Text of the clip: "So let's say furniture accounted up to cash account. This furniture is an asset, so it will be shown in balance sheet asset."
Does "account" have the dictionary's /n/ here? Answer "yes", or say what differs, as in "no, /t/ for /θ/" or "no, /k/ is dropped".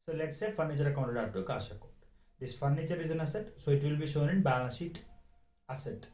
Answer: no, /n/ is dropped